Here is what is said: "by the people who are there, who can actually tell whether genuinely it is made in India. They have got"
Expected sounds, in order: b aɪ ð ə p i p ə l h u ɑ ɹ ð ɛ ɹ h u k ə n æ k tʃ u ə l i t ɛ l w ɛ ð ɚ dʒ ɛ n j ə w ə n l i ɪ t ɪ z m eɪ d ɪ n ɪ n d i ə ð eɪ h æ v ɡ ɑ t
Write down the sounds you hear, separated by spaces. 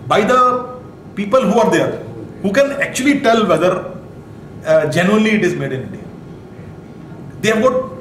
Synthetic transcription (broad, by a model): b aɪ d ə p i p ə l h u ɑ ɹ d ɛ ɹ h u k ə n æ k tʃ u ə l i t ɛ l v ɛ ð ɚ dʒ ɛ n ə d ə l i ɪ t ɪ z m eɪ d ɪ n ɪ d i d eɪ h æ v ɡ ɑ t